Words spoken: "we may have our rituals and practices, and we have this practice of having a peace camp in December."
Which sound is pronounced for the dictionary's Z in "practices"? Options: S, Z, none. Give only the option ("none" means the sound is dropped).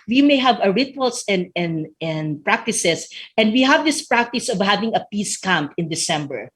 S